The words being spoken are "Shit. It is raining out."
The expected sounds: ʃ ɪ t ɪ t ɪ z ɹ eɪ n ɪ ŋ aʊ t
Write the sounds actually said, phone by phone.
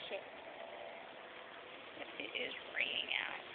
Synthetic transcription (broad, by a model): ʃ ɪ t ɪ t ɪ z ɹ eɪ ɪ ŋ aʊ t